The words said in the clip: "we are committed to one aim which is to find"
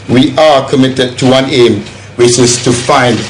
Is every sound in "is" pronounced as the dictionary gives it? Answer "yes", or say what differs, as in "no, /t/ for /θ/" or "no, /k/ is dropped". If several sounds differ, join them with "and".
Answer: no, /s/ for /z/